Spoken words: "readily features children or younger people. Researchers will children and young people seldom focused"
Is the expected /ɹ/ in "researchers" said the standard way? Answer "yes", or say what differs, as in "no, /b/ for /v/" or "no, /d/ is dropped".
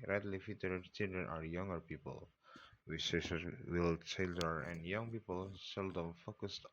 no, /w/ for /ɹ/